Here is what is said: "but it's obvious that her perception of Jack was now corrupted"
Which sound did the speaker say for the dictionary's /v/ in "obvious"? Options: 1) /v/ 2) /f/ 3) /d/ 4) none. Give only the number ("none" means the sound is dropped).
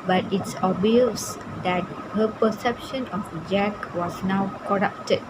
4